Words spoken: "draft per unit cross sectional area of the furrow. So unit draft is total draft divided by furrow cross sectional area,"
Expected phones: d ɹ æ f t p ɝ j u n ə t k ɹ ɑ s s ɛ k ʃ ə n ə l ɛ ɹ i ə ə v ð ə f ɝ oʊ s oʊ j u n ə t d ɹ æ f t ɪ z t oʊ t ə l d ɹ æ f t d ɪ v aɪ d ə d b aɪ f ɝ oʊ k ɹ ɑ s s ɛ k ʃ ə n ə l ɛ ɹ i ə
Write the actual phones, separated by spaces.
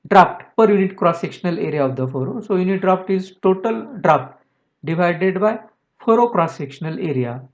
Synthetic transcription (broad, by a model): d ɹ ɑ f t p ɝ j u n ə t k ɹ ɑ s s ɛ k ʃ ə n ə l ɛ ɹ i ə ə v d ə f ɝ oʊ s oʊ j u n ə t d ɹ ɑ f t ɪ z t oʊ t ə l d ɹ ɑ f t d ɪ v aɪ d ə d b aɪ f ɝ oʊ k ɹ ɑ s s ɛ k ʃ ə n ə l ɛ ɹ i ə